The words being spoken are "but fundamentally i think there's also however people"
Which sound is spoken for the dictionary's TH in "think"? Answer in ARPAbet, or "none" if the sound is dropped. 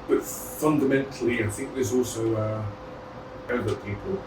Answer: TH